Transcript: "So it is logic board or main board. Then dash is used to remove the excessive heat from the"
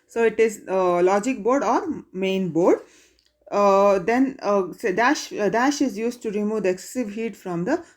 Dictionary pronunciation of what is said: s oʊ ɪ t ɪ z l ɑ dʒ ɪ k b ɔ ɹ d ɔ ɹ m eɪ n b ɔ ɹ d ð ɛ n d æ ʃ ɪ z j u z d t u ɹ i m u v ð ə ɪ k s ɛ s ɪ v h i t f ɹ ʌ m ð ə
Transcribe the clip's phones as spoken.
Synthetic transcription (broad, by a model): s oʊ ɪ t ɪ z l ɑ dʒ ɪ k b ɔ ɹ d ɔ ɹ m eɪ n b ɔ ɹ d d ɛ n d æ ʃ ɪ z j u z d t u ɹ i m u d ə k s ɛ s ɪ v h i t f ɹ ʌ m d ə